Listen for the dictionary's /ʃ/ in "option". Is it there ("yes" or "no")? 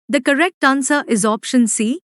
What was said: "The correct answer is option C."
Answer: yes